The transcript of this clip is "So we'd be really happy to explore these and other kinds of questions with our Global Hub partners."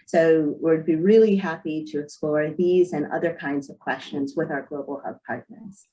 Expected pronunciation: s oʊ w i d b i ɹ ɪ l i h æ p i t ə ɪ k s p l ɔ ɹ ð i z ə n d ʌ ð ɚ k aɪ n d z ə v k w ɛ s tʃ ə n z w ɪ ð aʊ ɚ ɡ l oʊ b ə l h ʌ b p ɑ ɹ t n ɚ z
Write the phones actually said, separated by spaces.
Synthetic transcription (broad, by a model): s oʊ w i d b i ɹ ɪ l i h æ p i t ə ɪ k s p l ɔ ɹ ð i z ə n ʌ ð ɚ k aɪ n d z ə v k w ɛ s tʃ ə n z w ɪ ð aʊ ɚ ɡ l oʊ b l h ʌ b p ɑ ɹ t n ɚ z